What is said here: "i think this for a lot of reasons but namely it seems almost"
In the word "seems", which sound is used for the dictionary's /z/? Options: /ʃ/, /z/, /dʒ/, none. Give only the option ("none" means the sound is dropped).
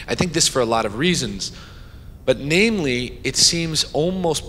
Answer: /z/